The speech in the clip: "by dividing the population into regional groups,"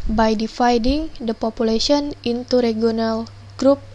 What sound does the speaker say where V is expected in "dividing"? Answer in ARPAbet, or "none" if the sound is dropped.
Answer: F